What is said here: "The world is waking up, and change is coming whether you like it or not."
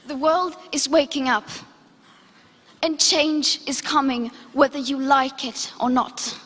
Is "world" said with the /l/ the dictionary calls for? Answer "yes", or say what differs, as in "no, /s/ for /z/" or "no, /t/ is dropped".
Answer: yes